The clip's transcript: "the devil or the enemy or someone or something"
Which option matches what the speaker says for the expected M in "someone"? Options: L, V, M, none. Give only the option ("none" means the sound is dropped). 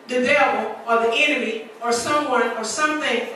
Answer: M